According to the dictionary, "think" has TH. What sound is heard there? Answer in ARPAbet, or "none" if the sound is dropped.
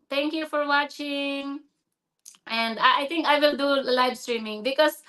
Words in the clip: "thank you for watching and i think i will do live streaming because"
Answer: T